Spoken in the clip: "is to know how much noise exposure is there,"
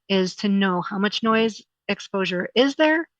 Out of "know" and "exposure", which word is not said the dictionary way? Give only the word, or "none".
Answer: none